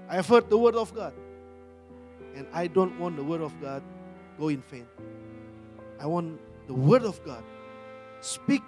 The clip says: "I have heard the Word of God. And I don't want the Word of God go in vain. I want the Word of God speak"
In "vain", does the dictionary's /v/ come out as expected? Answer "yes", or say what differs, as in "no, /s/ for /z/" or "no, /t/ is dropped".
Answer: no, /f/ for /v/